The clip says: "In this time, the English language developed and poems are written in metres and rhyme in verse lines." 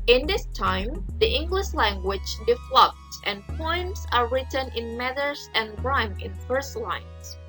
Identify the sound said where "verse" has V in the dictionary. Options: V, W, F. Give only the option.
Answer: F